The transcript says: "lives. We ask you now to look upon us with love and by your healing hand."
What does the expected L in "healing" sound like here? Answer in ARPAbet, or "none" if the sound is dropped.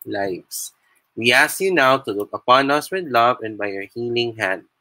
L